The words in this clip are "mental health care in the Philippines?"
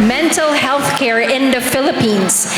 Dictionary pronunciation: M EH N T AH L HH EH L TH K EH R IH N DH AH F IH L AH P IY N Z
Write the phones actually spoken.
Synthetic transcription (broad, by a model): M EH N T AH L HH EH L TH K EH R IH N DH AH F IH L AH P IY N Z